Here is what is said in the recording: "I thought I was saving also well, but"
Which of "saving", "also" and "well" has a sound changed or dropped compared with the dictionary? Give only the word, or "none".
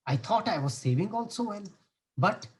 well